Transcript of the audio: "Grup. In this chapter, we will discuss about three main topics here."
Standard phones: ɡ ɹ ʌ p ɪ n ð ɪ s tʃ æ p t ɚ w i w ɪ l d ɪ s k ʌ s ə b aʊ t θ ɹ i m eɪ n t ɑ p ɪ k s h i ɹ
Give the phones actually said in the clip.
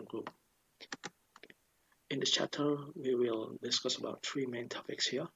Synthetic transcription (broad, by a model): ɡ ɹ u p ɪ n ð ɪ tʃ æ p t ɚ w i w ɪ l d ɪ s k ʌ s ə b aʊ t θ ɹ i m eɪ n t ɑ p ɪ k s h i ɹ